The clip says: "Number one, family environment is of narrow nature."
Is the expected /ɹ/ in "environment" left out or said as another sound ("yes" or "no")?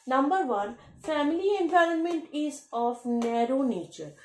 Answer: no